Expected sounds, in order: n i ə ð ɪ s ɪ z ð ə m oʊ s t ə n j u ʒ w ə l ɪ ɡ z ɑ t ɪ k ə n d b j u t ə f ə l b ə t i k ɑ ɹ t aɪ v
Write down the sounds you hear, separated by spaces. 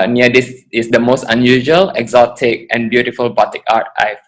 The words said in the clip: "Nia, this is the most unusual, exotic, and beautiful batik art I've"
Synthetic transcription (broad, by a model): n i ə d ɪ s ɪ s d ə m oʊ s t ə n j u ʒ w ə l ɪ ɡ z ɑ t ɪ k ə n b j u t ə f ə l b ə t i k ɑ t aɪ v